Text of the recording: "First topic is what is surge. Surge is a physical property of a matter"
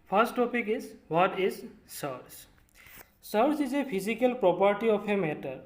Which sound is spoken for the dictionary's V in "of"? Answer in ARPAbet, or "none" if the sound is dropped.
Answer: P